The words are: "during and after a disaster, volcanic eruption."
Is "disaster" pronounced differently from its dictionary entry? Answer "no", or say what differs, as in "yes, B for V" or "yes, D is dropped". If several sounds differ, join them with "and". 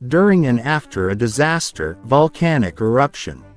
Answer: no